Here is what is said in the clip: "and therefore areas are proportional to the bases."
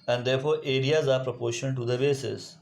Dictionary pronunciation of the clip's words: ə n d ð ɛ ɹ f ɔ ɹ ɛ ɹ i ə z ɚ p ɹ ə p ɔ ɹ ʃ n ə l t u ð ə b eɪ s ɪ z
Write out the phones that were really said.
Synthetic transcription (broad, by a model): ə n d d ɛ ɹ f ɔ ɹ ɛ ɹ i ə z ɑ p ɹ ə p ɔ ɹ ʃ ə n t u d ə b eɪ s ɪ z